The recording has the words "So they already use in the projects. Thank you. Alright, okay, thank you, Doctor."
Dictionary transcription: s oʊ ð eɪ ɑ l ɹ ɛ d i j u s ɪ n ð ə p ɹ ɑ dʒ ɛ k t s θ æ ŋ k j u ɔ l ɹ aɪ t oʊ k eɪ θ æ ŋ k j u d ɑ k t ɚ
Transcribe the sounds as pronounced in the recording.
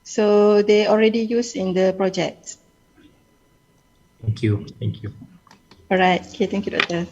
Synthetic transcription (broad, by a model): s oʊ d eɪ ɑ l ɹ ɛ d i j u s ɪ n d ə p ɹ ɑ dʒ ɛ k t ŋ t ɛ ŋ k j u ɔ ɹ aɪ t oʊ k eɪ t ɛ ŋ k j u d ɑ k t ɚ